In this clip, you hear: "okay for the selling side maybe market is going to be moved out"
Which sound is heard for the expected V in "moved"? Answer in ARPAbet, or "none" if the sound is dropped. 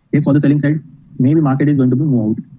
none